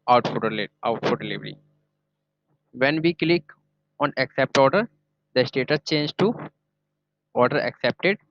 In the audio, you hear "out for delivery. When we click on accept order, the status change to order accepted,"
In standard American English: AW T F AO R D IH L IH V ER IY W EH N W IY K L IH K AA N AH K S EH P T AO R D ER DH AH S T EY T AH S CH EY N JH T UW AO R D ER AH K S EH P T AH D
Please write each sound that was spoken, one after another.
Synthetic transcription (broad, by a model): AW T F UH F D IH L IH V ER IY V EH N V IY K L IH K AA N AH K S EH P T AO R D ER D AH S T EY T AH S CH EY N JH T UW AO R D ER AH K S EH P T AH D